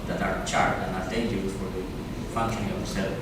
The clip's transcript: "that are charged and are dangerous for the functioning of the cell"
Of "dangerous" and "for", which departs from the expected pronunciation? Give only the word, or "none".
dangerous